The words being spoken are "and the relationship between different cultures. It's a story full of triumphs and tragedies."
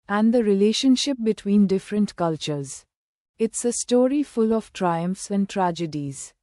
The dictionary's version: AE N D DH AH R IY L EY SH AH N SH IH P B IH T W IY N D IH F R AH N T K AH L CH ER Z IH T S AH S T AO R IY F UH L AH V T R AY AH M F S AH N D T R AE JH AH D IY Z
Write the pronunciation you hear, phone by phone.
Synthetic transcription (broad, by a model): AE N D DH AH R IY L EY SH AH N SH IH P B IH T W IY N D IH F R AH N T K AH L CH ER Z IH T S AH S T AO R IY F UH L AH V T R AY AH M F S AH N D T R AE JH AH D IY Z